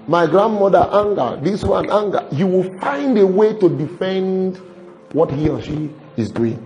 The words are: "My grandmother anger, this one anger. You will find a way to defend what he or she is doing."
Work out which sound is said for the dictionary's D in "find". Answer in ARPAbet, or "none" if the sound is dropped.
D